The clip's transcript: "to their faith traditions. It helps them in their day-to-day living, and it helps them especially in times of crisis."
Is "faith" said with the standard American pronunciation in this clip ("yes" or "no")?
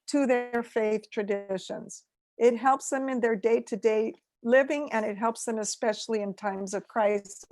yes